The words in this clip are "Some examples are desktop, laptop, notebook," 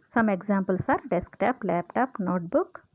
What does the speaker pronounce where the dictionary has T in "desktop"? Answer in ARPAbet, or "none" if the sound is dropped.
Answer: T